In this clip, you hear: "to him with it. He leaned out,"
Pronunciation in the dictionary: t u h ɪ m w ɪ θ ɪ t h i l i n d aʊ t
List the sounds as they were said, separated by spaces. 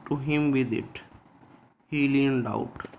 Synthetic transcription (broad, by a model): t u h ɪ m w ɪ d ɪ t h i l i n d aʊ t